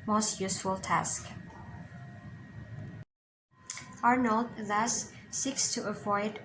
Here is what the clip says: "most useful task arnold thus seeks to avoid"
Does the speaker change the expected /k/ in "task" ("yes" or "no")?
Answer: no